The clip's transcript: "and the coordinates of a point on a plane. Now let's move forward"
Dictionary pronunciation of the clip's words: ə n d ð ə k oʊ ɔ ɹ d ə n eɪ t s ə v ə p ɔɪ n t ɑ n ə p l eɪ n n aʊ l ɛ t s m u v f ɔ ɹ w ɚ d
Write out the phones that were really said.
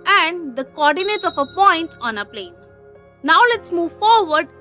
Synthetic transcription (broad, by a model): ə n d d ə k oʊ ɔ ɹ d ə n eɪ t ə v ə p ɔɪ n t ɑ n ə p l eɪ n n aʊ l ɛ t s m u v f ɔ ɹ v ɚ d